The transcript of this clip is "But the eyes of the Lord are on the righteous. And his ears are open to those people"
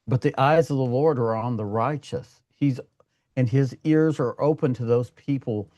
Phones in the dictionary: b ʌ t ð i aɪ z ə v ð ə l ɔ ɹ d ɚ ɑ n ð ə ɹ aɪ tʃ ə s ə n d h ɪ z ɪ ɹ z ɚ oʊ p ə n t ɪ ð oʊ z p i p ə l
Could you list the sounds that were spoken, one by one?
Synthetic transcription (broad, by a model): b ʌ t ð i aɪ z ə v ð ə l ɔ ɹ d ɚ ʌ n ð ə ɹ aɪ tʃ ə s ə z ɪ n ɪ z ɪ ɹ z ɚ oʊ p ə n t ɪ ð oʊ z p i p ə l